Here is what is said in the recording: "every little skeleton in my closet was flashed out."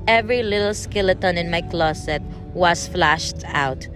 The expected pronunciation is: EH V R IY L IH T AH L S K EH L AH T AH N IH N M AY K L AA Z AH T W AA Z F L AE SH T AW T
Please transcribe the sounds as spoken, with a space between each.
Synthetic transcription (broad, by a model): EH V R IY L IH T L S K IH L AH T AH N IH N M AY K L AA S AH T W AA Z F L AE SH T AW T